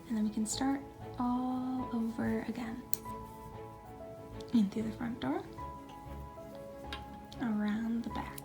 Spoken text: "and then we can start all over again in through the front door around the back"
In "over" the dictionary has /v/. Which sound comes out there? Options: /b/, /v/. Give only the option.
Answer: /v/